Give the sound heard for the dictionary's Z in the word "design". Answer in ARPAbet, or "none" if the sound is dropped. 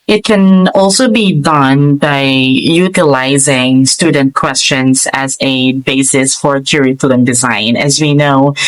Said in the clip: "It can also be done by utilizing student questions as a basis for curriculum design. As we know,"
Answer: Z